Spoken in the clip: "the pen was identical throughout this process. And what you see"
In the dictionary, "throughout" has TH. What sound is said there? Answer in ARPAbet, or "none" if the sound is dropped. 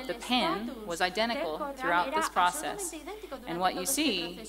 TH